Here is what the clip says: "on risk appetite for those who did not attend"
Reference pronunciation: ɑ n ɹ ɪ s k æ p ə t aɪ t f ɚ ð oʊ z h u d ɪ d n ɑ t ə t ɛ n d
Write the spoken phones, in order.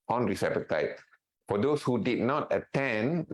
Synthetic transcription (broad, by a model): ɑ n ɹ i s ɛ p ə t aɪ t f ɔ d oʊ s h u d ɪ d n ɑ t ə t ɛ n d